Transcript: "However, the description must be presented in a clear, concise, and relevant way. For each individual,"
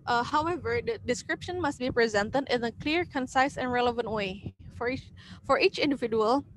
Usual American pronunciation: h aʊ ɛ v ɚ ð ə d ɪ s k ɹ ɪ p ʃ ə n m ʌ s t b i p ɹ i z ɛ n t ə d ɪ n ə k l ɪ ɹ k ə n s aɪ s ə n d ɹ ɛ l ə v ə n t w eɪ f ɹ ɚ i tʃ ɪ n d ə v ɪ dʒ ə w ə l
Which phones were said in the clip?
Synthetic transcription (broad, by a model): h aʊ ɛ v ɚ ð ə d ɪ s k ɹ ɪ p ʃ ə n m ʌ s t b i p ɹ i z ɛ n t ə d ɪ n ə k l ɪ ɹ k ə n s aɪ s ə n ɹ ɛ l ə v ə n t w eɪ f ɹ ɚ i tʃ ɪ n d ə v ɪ dʒ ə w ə l